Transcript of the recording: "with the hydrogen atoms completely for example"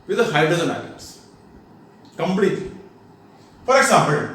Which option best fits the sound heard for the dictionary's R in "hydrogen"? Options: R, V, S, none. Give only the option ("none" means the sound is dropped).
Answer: none